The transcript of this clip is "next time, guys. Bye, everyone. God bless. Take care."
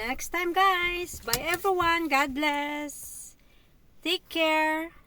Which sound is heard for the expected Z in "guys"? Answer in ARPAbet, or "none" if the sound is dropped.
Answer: S